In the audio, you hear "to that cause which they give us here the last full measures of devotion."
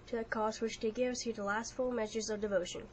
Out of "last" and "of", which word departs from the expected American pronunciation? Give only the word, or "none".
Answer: none